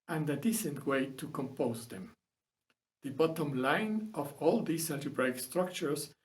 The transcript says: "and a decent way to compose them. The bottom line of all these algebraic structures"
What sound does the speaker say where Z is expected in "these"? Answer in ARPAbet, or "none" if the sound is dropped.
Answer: S